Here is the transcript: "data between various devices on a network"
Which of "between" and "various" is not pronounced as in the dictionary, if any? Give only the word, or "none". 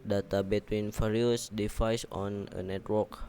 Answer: various